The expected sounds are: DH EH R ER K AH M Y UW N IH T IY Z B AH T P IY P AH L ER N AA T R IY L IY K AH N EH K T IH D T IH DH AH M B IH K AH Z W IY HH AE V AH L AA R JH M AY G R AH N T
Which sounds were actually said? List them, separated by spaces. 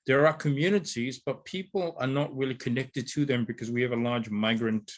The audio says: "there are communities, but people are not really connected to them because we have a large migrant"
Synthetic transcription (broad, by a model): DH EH R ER K AH M Y UW N IH T IY Z B AH T P IY P AH L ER N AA T R IY L IY K AH N EH K T IH D T IH DH AH M B IH K AH Z W IY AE V AH L AA R JH M AY G R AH N T